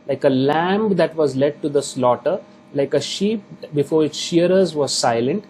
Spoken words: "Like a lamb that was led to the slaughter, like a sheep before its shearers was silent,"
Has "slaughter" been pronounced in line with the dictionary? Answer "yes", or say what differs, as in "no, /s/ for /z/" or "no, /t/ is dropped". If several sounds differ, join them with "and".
yes